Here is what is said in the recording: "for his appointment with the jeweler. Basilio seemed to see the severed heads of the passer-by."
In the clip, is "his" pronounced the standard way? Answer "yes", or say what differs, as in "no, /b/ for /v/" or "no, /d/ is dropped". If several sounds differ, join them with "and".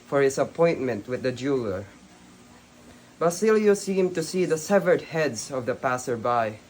no, /s/ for /z/